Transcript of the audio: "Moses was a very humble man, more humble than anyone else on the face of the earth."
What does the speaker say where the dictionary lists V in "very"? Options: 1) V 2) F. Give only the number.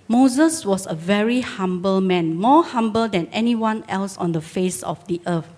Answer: 1